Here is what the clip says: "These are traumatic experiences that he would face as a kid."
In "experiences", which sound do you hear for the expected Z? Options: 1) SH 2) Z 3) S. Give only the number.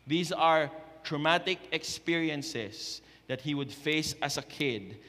3